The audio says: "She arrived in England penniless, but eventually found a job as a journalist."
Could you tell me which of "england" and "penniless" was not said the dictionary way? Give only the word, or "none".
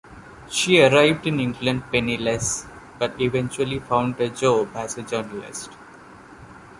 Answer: none